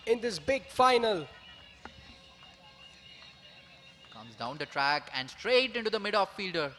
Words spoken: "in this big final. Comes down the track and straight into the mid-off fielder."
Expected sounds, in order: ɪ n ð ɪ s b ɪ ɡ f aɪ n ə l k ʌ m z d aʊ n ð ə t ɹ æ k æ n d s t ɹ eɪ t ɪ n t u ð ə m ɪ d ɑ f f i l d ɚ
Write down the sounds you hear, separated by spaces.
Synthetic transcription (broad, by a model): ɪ n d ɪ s b ɪ ɡ f aɪ n ə l k ʌ m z d aʊ n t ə t ɹ æ k æ n d s t ɹ eɪ t ɪ n t u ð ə m ɪ d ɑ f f i l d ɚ